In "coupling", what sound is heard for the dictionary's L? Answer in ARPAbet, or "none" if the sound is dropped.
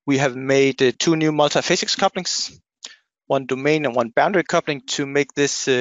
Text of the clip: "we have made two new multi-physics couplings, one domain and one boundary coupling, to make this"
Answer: L